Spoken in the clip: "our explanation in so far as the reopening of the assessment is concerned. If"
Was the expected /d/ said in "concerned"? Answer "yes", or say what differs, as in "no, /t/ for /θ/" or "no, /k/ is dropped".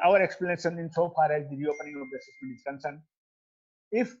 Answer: no, /d/ is dropped